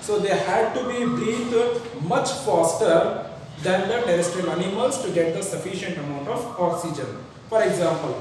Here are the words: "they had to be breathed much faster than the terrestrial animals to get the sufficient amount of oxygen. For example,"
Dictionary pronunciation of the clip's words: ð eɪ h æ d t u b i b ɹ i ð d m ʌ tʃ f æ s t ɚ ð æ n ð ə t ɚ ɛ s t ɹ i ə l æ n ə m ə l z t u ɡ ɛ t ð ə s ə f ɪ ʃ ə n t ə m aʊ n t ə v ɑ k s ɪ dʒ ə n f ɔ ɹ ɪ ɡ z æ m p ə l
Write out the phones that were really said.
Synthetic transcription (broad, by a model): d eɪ h æ d t u b i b ɹ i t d m ʌ tʃ f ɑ s t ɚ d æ n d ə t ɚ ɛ s t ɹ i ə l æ n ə m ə l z t u ɡ ɛ t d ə s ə f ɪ ʃ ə n t ə m aʊ n t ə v ɑ k s ɪ dʒ ə n f ɔ ɹ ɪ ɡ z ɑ m p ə l